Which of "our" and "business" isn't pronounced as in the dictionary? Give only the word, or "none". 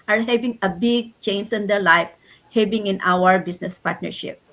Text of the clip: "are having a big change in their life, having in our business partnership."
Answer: business